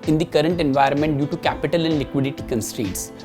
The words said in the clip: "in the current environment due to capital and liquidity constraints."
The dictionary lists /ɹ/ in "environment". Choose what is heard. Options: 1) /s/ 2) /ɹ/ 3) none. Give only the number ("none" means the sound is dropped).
2